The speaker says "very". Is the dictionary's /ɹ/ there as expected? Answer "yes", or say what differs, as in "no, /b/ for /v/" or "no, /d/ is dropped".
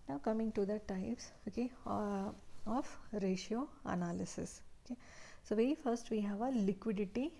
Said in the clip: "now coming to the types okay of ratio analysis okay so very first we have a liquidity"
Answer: no, /ɹ/ is dropped